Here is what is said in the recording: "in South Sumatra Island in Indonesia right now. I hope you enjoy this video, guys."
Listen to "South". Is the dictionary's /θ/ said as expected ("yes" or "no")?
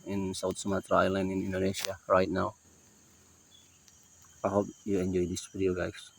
no